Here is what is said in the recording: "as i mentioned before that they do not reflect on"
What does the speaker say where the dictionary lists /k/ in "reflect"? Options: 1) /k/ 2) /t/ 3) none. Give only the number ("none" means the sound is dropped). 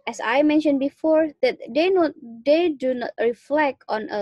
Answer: 1